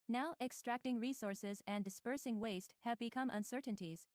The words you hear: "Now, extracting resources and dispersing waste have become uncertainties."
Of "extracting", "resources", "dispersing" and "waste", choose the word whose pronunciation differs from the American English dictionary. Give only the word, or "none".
none